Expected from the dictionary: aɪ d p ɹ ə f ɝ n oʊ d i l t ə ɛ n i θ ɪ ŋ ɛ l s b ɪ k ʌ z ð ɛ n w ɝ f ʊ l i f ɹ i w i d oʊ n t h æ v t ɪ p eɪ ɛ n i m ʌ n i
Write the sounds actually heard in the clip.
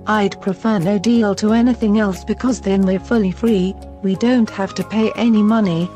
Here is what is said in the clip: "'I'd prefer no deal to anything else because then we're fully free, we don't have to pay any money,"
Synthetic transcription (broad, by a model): aɪ d p ɹ ə f ɝ n oʊ d i l t ə ɛ n i θ ɪ ŋ ɛ l s b ɪ k ʌ z ð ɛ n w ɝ f ʊ l i f ɹ i w i d oʊ n t h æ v t ɪ p eɪ ɛ n i m ʌ n i